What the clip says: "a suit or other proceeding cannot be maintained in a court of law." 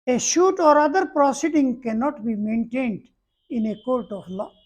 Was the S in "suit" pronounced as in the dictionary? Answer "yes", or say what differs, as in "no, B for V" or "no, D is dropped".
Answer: no, SH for S